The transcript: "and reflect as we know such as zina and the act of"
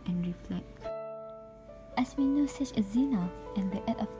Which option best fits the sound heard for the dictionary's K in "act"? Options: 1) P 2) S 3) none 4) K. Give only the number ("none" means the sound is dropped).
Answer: 3